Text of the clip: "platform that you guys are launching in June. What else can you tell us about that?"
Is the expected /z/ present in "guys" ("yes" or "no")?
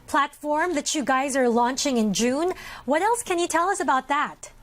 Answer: yes